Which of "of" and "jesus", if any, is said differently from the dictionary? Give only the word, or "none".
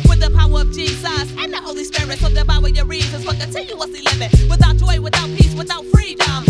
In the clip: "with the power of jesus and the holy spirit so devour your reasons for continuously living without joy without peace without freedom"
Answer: none